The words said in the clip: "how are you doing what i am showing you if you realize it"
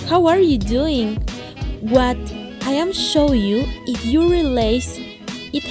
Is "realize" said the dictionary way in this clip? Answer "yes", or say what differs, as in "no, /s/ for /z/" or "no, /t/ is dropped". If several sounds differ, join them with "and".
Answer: no, /s/ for /z/